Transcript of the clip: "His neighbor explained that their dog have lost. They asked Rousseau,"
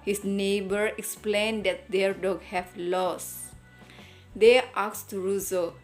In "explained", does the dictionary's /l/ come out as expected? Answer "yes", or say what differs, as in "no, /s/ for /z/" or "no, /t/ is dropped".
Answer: yes